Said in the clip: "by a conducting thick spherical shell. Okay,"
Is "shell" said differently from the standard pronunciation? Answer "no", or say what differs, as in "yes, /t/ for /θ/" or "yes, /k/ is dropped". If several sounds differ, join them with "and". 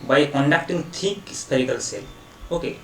yes, /s/ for /ʃ/